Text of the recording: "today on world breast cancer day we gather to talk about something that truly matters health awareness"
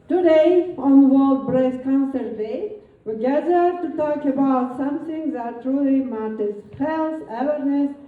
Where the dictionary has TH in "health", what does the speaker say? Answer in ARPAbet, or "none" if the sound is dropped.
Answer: S